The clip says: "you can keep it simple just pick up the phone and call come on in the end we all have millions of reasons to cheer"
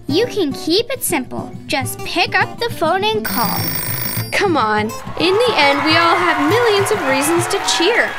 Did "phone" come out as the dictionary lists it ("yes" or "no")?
yes